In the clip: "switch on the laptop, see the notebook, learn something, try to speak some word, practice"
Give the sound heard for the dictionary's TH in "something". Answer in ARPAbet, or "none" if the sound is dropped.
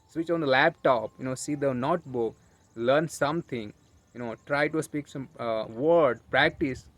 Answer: T